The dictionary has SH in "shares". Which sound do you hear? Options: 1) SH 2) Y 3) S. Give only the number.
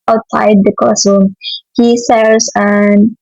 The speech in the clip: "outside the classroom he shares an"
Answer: 3